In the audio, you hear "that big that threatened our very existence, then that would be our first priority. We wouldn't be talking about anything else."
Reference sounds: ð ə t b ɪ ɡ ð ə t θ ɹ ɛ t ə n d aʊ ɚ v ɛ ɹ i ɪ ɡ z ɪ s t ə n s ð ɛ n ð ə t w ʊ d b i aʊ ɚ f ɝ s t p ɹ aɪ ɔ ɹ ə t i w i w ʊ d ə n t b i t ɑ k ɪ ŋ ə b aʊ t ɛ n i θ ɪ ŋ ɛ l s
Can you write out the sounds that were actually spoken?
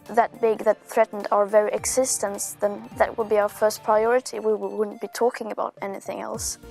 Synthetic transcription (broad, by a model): ð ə t b ɪ ɡ ð ə t θ ɹ ɛ t n d aʊ ɚ v ɛ ɹ i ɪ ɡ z ɪ s t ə n s ð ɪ n ð ə t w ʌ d b i aʊ ɚ f ɝ s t p ɹ aɪ ɔ ɹ ə t i w i w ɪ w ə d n b i t ɑ k ɪ ŋ ə b aʊ t ɛ n i θ ɪ ŋ ɛ l s